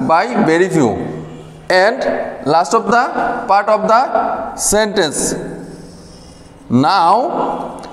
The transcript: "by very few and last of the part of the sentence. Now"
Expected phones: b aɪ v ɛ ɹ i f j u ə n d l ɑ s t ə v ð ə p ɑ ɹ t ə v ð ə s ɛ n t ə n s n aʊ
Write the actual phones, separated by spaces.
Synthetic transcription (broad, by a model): b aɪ b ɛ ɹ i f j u ə n d l ɑ s t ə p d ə p ɑ ɹ t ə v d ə s ɛ n t ə n s n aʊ